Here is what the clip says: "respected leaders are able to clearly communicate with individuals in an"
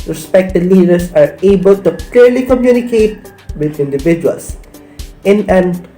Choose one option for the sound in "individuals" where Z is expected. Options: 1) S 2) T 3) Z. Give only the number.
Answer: 1